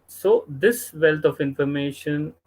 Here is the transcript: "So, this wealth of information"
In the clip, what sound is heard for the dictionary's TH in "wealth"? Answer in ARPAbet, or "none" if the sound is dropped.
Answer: T